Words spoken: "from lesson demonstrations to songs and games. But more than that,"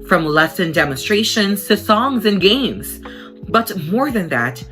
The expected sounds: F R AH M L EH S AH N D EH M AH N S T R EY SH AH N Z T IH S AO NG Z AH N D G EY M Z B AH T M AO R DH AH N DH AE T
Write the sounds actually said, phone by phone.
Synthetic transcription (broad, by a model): F R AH M L EH S AH N D EH M AH N S T R EY SH AH N Z T IH S AO NG Z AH N G EY M Z B AH T M AO R DH AH N DH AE T